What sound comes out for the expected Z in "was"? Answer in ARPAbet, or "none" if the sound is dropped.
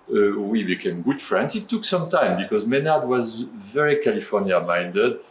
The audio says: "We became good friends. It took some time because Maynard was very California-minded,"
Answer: Z